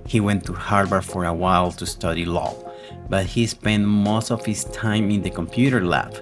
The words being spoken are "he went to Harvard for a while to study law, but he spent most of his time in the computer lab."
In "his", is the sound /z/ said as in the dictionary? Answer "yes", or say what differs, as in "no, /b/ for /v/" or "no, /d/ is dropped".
no, /s/ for /z/